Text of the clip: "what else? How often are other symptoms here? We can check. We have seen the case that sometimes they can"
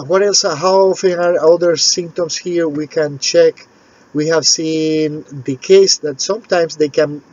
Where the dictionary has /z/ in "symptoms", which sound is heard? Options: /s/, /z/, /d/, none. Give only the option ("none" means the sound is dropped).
/s/